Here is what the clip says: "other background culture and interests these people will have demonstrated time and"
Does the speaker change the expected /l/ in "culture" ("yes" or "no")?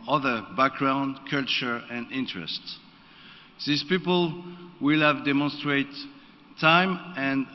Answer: no